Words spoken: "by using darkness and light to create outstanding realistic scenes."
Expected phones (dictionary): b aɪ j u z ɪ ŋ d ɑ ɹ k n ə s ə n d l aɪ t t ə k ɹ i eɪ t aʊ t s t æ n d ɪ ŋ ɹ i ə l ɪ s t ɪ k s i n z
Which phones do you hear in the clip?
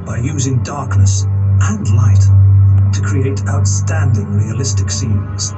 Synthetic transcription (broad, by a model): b aɪ j u z ɪ ŋ d ɑ ɹ k n ə s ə n l aɪ t t ə k ɹ i eɪ t aʊ t s t æ n d ɪ ŋ ɹ i ə l ɪ s t ɪ k s i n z